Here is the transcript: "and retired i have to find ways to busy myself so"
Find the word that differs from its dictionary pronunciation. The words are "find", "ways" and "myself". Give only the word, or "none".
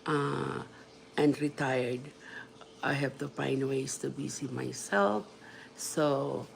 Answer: ways